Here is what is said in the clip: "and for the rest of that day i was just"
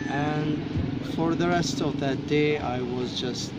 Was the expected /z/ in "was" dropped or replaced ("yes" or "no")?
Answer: no